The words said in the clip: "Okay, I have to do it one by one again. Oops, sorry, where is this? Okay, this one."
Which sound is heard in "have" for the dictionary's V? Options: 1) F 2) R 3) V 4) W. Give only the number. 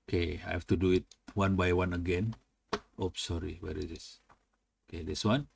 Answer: 1